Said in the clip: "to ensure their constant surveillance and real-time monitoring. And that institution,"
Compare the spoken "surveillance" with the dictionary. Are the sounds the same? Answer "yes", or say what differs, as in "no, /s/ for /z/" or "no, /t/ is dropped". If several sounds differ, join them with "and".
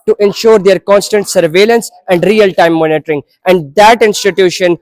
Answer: yes